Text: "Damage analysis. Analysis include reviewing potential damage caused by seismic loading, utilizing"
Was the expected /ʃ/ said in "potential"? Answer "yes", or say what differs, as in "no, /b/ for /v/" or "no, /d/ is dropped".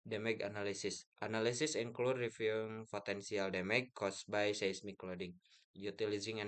no, /s/ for /ʃ/